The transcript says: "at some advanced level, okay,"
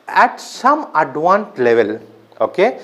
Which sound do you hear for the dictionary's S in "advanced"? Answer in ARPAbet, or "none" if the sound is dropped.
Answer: none